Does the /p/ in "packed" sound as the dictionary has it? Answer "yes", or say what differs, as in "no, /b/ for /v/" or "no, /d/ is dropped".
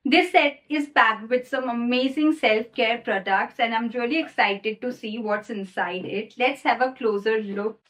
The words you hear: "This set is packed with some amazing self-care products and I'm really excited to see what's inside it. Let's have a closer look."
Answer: no, /b/ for /p/